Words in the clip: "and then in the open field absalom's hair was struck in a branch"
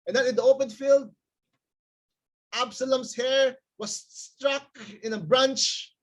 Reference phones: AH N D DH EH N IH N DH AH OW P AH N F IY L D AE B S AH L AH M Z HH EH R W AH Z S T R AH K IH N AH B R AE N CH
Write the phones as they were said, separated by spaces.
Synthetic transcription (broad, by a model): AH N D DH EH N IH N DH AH OW P AH N F IY L D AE B S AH L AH M S HH EH R W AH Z S T R AH K IH N AH B R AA N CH